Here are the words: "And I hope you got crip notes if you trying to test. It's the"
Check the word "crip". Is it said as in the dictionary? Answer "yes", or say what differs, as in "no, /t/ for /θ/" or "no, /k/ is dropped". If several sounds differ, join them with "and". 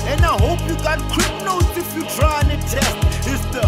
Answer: no, /w/ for /ɹ/